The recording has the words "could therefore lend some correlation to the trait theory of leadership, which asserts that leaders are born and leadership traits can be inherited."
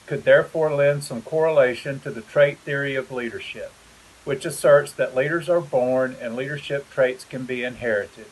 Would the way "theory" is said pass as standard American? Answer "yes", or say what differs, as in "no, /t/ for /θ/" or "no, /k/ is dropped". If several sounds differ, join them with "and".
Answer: yes